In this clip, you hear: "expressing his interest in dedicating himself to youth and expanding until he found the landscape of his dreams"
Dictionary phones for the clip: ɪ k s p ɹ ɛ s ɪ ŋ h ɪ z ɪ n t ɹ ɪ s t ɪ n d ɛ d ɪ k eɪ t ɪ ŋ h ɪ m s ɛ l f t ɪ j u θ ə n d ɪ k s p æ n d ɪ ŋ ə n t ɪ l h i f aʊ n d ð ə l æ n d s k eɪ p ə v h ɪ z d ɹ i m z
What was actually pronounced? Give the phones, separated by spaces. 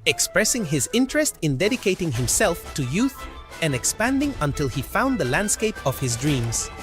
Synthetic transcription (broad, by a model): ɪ k s p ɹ ɛ s ɪ ŋ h ɪ z ɪ n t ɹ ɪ s t ɪ n d ɛ d ɪ k eɪ t ɪ ŋ h ɪ m s ɛ l f t ɪ j u θ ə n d ɪ k s p æ n d ɪ ŋ ə n t ɪ l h i f aʊ n ð ə l æ n d s k eɪ p ə v h ɪ z d ɹ i m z